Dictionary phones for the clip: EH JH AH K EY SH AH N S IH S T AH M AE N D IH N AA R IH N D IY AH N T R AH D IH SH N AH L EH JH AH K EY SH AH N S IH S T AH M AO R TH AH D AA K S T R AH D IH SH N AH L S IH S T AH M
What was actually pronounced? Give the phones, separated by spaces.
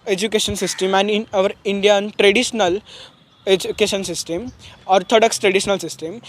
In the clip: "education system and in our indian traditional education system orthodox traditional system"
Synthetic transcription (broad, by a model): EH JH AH K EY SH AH N S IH S T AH M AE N D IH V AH R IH N D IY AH N T R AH D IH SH N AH L EH JH AH K EY SH AH N S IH S T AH M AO R T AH D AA K S T R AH D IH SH N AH L S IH S T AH M